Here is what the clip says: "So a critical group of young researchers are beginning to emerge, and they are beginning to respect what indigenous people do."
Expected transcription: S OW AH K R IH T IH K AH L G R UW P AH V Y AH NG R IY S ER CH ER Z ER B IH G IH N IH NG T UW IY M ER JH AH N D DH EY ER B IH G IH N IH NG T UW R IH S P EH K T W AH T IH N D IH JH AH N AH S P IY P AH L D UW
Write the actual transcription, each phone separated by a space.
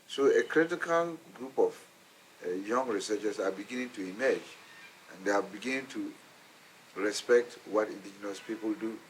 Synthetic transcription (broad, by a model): S OW AH K R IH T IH K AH L G R UW P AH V Y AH NG R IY S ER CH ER S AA B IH G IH N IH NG T UW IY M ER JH AH N D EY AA B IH G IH N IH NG T UW R IH S P EH K T W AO T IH N D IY JH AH N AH S P IY P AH L D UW